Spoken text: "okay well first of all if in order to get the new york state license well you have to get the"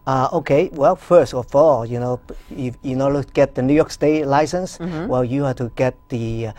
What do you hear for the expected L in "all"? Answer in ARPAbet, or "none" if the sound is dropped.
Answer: N